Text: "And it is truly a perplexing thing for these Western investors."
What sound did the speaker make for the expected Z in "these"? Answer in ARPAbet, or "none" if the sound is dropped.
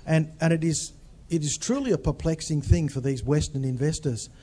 Z